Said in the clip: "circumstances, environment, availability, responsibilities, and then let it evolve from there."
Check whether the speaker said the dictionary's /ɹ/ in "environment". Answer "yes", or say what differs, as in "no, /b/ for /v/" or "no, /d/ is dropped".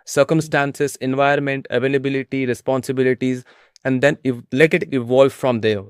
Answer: no, /ɹ/ is dropped